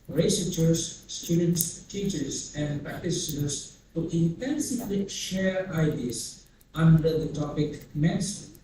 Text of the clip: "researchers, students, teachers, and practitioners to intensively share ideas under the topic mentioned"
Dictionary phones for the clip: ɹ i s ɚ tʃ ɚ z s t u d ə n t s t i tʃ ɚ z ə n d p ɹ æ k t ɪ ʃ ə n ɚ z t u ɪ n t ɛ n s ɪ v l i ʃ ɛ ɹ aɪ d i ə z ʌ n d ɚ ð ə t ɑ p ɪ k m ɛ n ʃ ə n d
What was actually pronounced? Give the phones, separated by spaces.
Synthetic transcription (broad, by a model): ɹ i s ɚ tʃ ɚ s s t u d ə n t s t i tʃ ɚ s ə n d p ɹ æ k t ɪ s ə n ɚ s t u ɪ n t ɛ n s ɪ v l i ʃ ɛ ɹ aɪ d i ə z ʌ n d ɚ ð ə t ɑ p ɪ k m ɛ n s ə